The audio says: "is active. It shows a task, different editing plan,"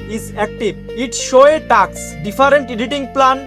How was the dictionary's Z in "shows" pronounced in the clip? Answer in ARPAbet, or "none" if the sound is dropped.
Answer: none